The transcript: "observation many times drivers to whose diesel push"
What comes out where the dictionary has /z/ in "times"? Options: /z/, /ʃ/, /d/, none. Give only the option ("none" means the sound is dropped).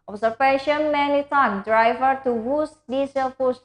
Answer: none